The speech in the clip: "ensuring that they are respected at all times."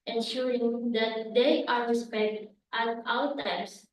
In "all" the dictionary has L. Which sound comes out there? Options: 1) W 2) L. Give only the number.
1